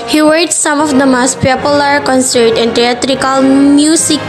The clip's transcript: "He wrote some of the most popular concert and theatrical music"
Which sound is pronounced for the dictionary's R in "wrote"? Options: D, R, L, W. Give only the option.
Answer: W